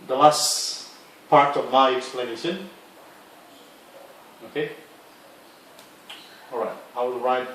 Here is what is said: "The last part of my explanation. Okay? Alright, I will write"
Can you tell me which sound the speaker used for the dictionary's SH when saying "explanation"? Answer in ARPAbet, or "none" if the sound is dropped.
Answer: S